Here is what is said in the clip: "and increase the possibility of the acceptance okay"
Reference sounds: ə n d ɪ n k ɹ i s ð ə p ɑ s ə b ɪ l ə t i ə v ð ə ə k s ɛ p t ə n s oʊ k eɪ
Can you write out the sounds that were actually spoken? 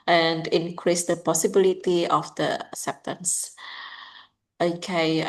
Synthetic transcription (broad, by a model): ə n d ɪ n k ɹ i s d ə p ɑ s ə b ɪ l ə t i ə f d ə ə s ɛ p t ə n s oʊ k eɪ